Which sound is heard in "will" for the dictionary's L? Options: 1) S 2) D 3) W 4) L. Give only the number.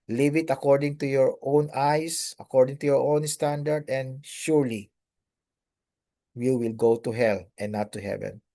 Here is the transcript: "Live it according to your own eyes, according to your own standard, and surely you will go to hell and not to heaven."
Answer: 4